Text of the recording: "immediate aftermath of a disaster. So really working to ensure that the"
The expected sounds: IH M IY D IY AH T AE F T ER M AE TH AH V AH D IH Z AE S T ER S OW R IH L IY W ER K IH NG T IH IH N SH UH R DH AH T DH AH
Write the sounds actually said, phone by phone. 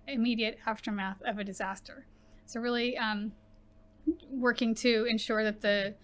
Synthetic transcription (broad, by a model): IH M IY D IY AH T AE F T ER M AE TH AH V AH D IH Z AE S T ER S OW R IH L IY W ER K IH NG T IH IH N SH UH R DH AH T DH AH